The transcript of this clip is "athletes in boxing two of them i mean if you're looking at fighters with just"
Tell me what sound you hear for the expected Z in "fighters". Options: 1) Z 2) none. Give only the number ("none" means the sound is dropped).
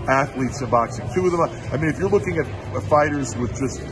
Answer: 1